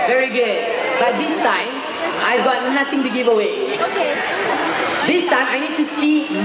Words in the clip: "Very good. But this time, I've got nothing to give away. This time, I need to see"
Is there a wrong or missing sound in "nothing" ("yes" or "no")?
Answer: yes